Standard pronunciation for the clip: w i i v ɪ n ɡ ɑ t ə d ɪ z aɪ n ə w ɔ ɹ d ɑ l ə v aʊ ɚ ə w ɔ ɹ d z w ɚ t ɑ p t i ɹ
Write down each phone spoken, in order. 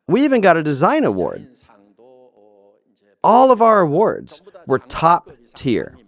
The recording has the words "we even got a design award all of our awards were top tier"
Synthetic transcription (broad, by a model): w i i v ɪ n ɡ ɑ t ə d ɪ z aɪ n ə w ɔ ɹ d ɑ l ə v aʊ ɚ ə w ɔ ɹ d z w ɚ t ɑ p t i ɹ